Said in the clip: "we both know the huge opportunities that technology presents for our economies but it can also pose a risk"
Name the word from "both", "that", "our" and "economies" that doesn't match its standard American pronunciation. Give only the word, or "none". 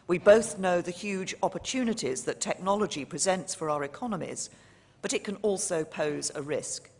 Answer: none